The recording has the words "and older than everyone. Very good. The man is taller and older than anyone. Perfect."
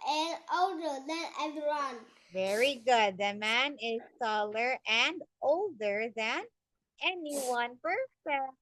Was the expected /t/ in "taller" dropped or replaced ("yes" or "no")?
yes